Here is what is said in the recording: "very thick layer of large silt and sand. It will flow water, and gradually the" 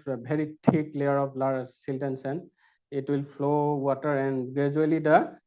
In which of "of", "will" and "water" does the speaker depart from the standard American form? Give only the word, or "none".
of